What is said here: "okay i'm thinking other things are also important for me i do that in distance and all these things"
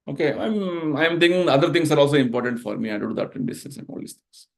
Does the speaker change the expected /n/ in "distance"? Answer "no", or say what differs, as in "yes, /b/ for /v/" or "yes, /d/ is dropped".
yes, /n/ is dropped